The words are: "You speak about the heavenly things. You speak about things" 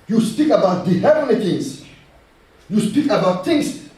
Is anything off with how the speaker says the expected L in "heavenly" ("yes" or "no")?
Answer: yes